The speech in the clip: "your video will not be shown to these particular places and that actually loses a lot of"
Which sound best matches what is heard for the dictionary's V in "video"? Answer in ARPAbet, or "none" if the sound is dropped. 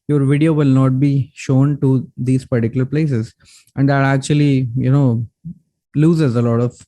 V